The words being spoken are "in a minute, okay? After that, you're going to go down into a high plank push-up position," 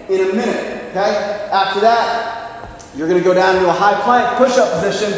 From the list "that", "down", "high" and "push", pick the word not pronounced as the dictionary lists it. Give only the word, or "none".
down